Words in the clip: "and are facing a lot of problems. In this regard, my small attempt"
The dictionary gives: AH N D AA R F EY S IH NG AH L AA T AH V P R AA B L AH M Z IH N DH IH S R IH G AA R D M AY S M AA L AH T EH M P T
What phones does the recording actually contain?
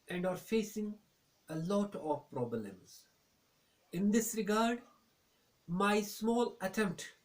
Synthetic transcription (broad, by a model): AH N D AA R F EY S IH NG AH L AA T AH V P R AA B L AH M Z IH N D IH S R IH G AA R D M AY S M AA L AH T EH M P T